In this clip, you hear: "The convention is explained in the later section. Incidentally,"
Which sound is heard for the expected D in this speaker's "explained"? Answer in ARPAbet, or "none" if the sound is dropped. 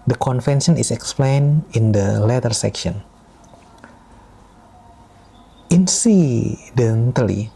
none